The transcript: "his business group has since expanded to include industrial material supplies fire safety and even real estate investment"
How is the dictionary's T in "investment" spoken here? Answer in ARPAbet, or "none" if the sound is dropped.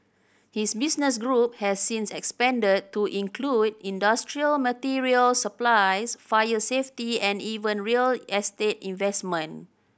none